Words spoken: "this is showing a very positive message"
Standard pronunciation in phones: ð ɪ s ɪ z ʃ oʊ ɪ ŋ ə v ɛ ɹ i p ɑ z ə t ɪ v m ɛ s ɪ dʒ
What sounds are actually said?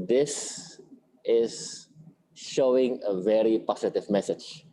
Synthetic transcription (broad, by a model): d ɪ s ɪ z ʃ oʊ ɪ ŋ ə v ɛ ɹ i p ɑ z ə t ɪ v m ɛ s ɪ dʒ